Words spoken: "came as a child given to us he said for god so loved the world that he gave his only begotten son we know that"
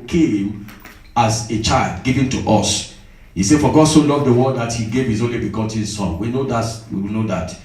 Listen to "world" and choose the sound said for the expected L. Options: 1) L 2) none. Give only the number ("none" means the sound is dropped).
2